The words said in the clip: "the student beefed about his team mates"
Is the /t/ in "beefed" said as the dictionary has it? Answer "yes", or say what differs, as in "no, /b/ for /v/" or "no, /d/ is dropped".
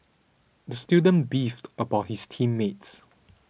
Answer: yes